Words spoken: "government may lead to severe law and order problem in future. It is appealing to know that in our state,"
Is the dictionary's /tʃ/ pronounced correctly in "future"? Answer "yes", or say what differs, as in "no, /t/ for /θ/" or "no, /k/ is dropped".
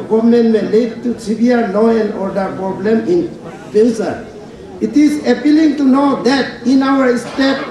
no, /s/ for /tʃ/